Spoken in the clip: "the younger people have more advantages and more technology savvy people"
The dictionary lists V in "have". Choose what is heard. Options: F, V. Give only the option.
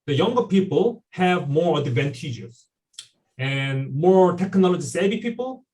V